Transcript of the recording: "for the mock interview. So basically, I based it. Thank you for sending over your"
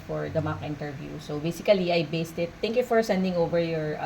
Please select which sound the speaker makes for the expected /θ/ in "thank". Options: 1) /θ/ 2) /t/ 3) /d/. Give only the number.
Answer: 2